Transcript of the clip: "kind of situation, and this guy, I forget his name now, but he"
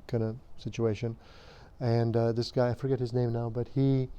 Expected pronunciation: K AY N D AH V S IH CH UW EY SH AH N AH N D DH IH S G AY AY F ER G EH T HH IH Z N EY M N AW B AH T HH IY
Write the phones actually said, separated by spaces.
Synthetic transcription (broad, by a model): K AY N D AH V S IH CH UW EY SH AH N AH N DH IH S G AY AY F ER G EH T HH IH Z N EY M N AW B AH T HH IY